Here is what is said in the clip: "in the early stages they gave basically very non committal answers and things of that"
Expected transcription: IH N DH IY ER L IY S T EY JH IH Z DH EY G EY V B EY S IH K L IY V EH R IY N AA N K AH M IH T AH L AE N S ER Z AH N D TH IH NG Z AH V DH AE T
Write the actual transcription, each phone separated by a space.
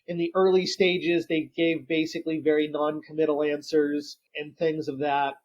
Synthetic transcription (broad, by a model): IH N DH IY ER L IY S T EY JH IH Z DH EY G EY V B EY S IH K L IY V EH R IY N AA N K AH M IH T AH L AE N S ER Z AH N TH IH NG Z AH V DH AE T